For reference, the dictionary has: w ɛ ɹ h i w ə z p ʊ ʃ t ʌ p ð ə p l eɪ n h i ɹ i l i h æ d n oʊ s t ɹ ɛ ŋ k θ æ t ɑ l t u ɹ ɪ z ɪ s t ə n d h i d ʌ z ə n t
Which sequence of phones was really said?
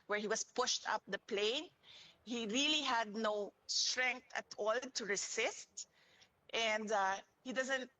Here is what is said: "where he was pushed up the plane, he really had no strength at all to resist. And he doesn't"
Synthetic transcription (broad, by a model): w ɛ ɹ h i w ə s p ʊ ʃ t ʌ p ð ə p l eɪ n h i ɹ i l i h æ d n oʊ s t ɹ ɛ ŋ k t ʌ t ɑ l t u ɹ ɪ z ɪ s t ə n d h i d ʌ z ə n t